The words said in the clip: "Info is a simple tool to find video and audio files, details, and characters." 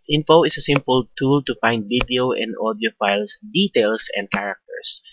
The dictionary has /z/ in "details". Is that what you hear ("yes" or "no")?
no